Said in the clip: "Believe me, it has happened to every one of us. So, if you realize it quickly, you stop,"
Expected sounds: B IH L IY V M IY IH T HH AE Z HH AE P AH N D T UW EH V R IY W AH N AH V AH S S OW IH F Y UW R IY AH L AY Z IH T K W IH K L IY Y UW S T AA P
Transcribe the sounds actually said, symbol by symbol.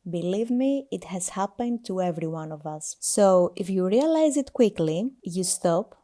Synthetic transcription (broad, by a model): B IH L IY V M IY IH T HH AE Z HH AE P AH N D T UW EH V R IY W AH N AH V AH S S OW IH F Y UW R IY AH L AY Z IH T K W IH K L IY Y UW S T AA P